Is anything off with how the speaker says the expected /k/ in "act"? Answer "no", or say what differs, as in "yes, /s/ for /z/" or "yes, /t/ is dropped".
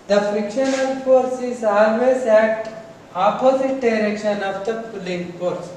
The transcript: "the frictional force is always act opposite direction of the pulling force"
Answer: yes, /k/ is dropped